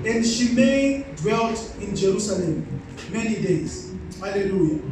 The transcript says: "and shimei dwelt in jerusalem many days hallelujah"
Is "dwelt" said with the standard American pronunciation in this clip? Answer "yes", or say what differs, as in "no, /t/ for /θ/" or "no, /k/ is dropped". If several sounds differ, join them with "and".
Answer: yes